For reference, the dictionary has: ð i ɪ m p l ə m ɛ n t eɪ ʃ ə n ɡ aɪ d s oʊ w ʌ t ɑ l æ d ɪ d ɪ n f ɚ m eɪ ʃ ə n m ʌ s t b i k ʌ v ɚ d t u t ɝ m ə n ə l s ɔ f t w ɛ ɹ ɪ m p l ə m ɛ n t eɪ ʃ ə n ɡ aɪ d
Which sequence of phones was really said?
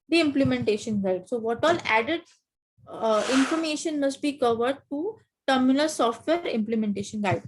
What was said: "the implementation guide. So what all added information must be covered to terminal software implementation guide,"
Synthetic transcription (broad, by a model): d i ɪ m p l ə m ɛ n t eɪ ʃ ə n ɡ aɪ d s oʊ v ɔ t ɑ l æ d ɪ d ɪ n f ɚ m eɪ ʃ ə n m ʌ s t b i k ʌ v ɚ d t u t ɝ m ə n ə l s ɔ f t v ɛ ɹ ɪ m p l ə m ɛ n t eɪ ʃ ə n ɡ aɪ d